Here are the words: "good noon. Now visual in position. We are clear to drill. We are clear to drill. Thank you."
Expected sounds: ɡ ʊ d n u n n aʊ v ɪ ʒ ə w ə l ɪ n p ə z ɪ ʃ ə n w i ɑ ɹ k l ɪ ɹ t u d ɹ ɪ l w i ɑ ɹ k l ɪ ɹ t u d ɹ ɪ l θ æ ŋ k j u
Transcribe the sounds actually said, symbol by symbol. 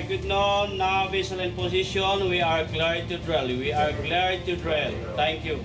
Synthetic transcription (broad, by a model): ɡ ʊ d n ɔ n n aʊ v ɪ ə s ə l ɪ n p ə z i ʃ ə n w i ɑ ɹ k l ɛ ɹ t u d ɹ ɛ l w i ɑ ɹ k l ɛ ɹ t u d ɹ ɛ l t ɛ ŋ k j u